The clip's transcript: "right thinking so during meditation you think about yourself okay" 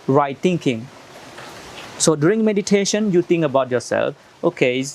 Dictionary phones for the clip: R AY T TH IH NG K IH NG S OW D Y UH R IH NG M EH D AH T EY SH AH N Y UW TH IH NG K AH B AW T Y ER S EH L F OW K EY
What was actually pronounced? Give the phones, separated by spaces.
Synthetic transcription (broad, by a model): R AY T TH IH NG K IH NG S OW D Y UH R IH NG M EH D AH T EY SH AH N Y UW T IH NG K AH B AW T Y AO S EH L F OW K EY